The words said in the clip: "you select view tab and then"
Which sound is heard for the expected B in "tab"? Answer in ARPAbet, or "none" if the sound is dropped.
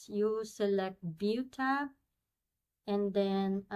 none